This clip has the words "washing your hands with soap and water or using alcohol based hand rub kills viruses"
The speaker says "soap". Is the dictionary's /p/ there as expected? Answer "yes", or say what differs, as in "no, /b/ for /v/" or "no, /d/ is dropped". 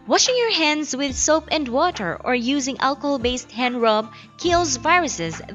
yes